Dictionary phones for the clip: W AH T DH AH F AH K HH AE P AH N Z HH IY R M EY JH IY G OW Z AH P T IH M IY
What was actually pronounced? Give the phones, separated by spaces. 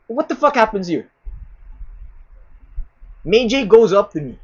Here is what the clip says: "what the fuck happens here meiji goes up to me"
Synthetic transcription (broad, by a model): W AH T DH AH F AH K HH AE P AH N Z HH IY R M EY JH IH G OW Z AH P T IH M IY